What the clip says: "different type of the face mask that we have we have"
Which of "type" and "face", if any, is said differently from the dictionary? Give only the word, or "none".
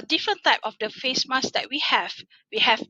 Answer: none